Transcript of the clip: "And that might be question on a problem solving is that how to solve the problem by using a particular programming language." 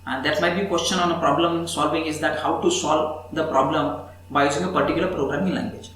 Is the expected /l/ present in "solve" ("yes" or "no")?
yes